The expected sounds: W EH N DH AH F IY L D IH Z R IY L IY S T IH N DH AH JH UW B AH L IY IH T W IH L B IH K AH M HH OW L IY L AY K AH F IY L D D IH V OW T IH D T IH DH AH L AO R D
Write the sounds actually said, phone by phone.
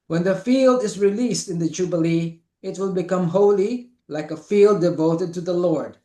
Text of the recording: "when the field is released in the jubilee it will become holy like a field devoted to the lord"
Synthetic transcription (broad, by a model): W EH N DH AH F IY L D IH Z R IY L IY S T IH N DH AH JH UW B AH L IY IH T W IH L B IH K AH M HH OW L IY L AY K AH F IY L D D IH V OW T IH D T IH DH AH L AO R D